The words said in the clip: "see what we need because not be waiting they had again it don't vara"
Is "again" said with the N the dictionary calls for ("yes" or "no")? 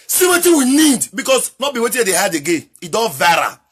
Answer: no